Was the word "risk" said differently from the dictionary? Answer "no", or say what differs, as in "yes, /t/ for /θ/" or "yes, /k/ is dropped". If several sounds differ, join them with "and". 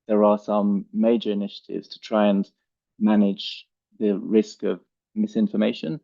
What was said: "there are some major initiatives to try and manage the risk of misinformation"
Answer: no